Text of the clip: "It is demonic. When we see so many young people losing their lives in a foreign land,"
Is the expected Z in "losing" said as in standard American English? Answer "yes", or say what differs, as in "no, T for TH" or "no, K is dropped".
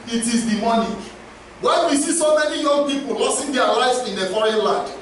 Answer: no, S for Z